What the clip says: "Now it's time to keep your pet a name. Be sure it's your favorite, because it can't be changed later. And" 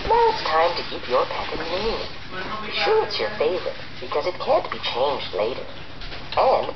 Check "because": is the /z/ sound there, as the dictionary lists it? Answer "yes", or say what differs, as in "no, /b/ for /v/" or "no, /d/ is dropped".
yes